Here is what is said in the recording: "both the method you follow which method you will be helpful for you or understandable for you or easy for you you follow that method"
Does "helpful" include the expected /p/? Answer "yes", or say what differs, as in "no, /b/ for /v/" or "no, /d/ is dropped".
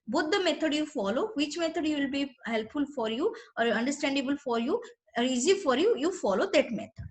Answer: yes